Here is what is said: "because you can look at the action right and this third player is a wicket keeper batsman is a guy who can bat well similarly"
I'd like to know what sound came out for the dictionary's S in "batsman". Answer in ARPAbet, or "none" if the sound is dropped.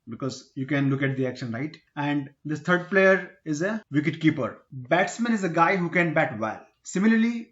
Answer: S